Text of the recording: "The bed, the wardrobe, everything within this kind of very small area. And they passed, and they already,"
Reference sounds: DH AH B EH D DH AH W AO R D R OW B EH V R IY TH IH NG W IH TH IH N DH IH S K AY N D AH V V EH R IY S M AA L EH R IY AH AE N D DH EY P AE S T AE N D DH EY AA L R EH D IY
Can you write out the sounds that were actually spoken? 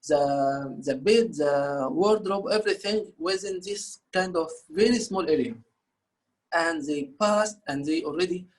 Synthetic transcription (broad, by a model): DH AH B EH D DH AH W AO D D R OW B EH V R IY TH IH NG W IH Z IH N DH IH S K AY N D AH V V EH R IY S M AA L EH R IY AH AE N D DH EY P AE S T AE N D DH EY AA L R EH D IY